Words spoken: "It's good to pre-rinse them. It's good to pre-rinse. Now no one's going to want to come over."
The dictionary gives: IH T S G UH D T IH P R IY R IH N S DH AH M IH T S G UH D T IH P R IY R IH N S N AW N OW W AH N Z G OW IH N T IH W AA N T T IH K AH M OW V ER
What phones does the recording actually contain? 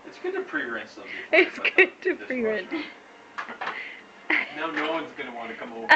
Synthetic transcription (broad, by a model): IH T S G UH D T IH P R IY R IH S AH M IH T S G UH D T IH P R IY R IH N N AW N OW W AH N Z G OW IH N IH W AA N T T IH K AH M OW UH